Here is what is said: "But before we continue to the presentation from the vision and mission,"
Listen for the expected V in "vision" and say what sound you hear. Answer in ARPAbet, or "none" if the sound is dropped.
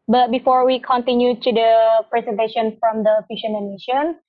F